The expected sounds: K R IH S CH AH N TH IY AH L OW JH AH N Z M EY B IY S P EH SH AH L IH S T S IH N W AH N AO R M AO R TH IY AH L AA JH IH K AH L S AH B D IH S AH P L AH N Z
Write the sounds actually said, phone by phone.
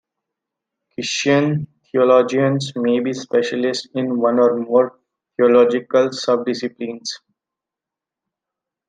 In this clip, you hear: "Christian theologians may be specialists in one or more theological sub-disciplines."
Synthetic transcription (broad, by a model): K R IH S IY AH N T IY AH L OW JH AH N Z M EY B IY S P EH SH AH L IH S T IH N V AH N AO R M AO R T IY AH L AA JH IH K AH L S AH B D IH S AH P L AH N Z